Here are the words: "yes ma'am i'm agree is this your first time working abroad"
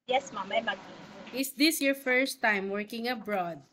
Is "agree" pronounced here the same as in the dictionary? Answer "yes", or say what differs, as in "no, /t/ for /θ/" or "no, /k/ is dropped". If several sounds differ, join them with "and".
no, /ɹ/ is dropped